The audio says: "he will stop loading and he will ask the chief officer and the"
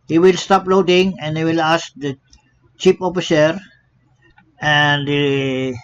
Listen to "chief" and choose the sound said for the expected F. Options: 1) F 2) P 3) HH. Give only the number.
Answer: 2